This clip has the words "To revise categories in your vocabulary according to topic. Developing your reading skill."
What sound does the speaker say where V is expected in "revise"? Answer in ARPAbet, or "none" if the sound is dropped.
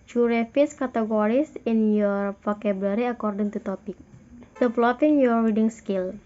F